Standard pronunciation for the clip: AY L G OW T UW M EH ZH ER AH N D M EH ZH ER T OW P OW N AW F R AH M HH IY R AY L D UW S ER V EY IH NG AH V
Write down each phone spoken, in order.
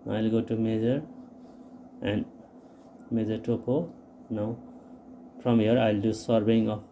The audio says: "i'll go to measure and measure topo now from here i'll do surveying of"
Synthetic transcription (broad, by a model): AY L G OW T UW M EH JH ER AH N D M EH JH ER T OW P OW N AW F R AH M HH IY R AY L D UW S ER B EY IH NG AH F